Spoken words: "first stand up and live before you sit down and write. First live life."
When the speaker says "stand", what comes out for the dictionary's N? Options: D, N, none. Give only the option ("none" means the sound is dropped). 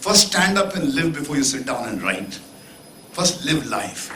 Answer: N